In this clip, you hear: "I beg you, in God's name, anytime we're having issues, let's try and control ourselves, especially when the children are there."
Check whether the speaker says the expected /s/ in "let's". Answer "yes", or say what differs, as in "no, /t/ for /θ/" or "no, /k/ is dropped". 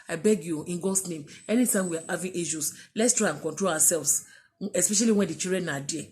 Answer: yes